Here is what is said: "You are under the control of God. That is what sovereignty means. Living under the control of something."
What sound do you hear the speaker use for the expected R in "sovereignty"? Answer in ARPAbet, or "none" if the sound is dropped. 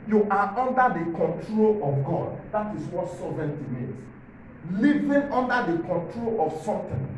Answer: none